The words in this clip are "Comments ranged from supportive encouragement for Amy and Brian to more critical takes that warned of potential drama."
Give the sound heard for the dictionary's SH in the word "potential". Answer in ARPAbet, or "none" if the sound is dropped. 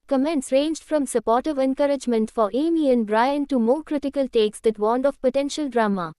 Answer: SH